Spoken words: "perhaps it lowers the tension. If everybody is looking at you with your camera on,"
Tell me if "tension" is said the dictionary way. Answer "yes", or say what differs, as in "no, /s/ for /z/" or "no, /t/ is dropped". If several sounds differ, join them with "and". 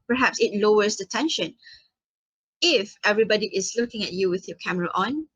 yes